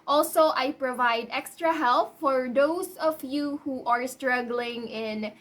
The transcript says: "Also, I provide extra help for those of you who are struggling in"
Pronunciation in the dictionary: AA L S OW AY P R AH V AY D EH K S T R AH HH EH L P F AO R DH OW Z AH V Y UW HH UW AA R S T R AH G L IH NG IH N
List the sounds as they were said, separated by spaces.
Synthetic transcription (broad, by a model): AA L S OW AY P R AH V AY D EH K S T R AH HH EH L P F AO R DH OW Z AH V Y UW HH UW AA R S T R AH G L IH NG IH N